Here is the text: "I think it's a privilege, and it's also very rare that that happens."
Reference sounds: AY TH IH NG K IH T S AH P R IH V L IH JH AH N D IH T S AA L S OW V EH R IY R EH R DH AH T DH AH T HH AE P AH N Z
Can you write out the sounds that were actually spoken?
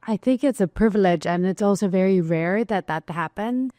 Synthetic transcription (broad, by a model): AY TH IH NG K IH T S AH P R IH V L IH JH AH N IH T S AA L S OW V EH R IY R EH R DH AH T DH AH T HH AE P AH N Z